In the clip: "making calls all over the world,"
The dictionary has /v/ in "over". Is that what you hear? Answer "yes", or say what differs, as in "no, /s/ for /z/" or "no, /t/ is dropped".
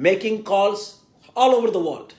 yes